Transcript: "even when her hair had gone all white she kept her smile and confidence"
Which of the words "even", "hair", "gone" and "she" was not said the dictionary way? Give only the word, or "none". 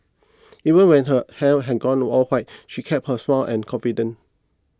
hair